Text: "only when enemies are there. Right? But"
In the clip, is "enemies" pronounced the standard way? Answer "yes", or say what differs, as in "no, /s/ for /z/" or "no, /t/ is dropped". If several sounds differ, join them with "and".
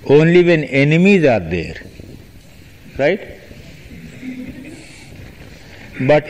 yes